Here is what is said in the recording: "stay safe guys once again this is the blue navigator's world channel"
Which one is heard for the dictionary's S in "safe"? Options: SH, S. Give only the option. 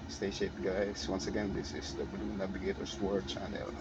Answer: SH